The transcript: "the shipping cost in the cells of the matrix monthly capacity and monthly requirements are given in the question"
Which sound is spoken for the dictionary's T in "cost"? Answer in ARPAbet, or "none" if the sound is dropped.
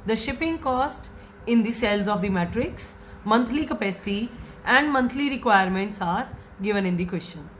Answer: T